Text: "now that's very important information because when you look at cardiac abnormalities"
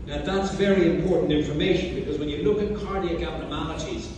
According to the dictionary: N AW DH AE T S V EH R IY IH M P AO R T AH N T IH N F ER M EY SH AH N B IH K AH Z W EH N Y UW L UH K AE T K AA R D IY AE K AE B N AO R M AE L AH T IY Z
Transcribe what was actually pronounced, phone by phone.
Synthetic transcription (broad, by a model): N DH AE T S V EH R IY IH M P AO R T N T IH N F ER M EY SH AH N B IH K AH Z W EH N Y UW L UH K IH T K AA R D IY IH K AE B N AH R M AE L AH T IY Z